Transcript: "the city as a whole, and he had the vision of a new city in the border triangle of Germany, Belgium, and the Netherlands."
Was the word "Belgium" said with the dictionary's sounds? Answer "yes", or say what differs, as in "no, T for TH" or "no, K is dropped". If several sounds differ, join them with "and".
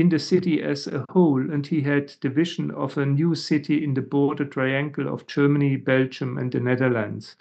yes